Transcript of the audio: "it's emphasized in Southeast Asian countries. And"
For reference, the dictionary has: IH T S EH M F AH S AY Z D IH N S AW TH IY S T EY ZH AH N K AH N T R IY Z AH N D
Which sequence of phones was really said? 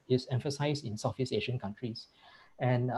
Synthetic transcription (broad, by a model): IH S EH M F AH S AY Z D IH N S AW F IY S EY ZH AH N K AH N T R IY S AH N